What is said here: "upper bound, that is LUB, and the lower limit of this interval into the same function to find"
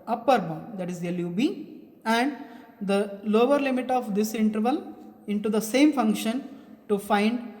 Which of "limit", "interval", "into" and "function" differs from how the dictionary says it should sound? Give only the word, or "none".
none